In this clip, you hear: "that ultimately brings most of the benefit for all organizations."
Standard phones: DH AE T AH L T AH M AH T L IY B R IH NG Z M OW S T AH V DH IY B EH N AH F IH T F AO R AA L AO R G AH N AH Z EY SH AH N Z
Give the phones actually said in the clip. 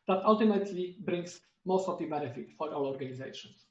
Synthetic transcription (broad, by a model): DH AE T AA L T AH M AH T L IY B R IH NG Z M OW S T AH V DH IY B EH N AH F IH T F AO R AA W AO R G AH N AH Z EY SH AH N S